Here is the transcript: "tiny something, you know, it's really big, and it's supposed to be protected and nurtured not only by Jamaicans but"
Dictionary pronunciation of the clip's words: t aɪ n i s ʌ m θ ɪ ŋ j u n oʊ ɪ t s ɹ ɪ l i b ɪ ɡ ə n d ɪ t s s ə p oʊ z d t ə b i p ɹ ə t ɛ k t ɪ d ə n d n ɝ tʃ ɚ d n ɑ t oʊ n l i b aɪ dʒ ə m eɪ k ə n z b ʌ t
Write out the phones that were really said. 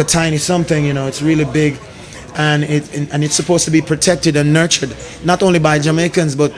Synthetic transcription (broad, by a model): t aɪ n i s ʌ m θ ɪ ŋ j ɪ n oʊ ɪ t s ɹ ɪ l i b ɪ ɡ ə n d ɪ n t s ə p oʊ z t ə b i p ɹ ə t ɛ k t ɪ d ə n n ɝ tʃ ɚ d n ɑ t oʊ n l i b aɪ dʒ ə m eɪ k ə n z b ʌ t